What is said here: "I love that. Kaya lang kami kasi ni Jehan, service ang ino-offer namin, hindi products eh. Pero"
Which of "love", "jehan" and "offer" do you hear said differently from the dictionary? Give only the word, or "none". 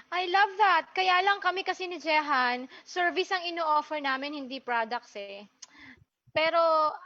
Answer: none